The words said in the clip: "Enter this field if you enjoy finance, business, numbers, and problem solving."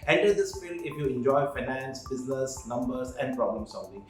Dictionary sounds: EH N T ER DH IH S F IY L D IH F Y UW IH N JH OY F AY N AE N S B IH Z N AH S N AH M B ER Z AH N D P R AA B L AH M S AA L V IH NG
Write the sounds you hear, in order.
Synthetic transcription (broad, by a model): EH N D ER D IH S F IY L IH F Y UW IH N JH OY F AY N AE N S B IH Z N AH S N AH M B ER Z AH N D P R AA B L AH M S AA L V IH NG